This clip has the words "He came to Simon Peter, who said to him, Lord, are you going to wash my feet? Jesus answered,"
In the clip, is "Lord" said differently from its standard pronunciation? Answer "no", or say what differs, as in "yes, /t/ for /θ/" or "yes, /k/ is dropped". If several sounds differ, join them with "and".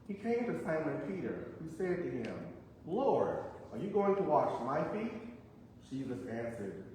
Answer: no